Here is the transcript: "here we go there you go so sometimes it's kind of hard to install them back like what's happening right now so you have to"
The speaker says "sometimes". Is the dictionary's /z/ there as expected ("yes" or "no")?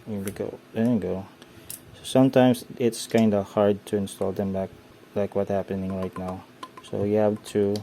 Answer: no